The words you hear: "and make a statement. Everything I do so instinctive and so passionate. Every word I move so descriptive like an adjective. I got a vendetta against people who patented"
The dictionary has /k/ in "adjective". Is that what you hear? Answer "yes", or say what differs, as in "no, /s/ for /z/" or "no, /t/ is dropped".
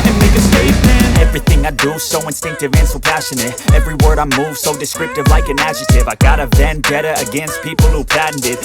no, /k/ is dropped